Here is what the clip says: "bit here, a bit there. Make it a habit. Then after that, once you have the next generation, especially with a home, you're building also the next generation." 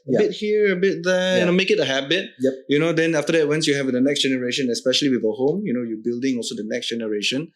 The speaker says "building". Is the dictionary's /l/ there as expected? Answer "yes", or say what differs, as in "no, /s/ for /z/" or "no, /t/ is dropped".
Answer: yes